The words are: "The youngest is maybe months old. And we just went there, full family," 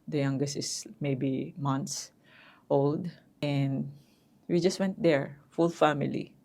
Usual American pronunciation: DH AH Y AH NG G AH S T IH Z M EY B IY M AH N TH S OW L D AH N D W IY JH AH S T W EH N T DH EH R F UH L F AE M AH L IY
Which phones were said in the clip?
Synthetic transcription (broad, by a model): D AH Y AH NG G AH S T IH S M EY B IY M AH N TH S OW L D AH N D W IY JH AH S T W EH N T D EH R F UH L F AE M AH L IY